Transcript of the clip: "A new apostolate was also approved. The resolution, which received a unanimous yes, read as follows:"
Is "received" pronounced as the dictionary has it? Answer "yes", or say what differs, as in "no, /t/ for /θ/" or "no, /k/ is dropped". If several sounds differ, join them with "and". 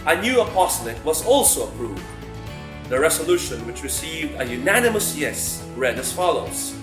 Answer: yes